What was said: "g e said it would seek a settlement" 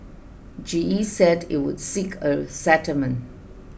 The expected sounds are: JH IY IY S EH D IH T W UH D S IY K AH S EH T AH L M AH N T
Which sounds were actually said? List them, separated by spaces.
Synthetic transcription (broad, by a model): JH IY IY S EH D IH T W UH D S IY K AH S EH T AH M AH N